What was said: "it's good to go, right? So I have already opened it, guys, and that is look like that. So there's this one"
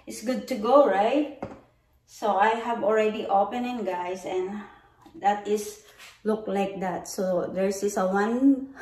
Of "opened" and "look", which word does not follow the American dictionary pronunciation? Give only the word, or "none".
opened